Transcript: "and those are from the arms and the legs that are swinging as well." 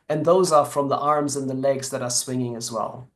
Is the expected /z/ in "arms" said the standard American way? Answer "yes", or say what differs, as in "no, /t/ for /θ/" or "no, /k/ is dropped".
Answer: yes